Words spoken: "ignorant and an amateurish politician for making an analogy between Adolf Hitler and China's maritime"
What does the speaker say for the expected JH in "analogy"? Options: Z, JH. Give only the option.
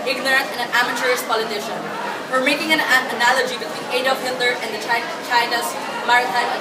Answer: JH